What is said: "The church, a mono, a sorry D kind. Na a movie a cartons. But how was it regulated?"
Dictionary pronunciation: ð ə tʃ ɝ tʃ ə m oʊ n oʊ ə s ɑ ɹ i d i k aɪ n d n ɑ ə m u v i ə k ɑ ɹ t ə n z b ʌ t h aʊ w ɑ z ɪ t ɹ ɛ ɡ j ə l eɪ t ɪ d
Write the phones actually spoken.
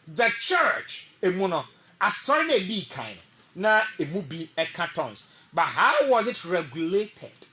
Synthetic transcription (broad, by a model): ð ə tʃ ɝ tʃ ə m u n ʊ ə s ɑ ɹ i d i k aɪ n n ɑ ə m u b i ə k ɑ t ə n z b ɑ t h aʊ w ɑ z ɪ t ɹ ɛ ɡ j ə l eɪ t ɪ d